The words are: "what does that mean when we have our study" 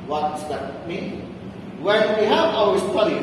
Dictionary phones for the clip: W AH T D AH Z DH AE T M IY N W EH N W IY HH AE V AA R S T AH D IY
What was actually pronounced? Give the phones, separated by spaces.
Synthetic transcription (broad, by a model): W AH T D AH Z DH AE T M IY N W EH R W IY HH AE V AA W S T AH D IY